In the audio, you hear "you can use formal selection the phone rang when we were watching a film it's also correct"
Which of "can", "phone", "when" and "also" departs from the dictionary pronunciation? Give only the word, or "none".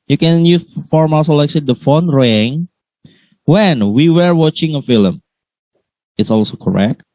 none